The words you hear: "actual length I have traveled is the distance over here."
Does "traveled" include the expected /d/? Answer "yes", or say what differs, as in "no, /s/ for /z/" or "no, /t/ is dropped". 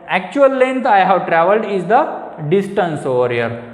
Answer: yes